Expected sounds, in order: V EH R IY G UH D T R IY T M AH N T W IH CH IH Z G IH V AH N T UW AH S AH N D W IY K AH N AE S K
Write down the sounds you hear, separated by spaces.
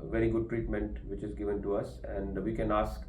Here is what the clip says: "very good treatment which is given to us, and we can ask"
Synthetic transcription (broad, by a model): V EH R IY G UH D T R IY T M AH N T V IH CH IH Z G IH V AH N T UW AH S AH N D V IY K AH N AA S K